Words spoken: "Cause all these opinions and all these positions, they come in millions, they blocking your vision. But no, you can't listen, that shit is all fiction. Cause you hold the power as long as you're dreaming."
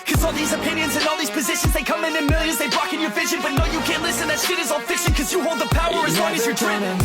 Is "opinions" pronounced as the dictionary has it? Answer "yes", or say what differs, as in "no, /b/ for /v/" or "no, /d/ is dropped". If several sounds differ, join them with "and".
yes